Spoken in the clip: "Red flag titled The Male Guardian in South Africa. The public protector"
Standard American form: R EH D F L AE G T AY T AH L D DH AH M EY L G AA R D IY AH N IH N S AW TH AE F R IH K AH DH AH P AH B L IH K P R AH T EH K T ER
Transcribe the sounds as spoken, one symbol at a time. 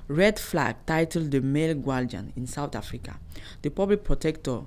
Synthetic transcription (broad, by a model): R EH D F L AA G T AY T AH L D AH M EY L G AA L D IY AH N IH N S AW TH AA F R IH K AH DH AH P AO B L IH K P R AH T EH K T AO